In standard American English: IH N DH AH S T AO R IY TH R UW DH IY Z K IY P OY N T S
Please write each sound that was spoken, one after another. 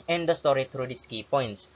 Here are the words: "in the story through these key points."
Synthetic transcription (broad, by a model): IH N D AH S T AO R IY T R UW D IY S K IY P OY N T S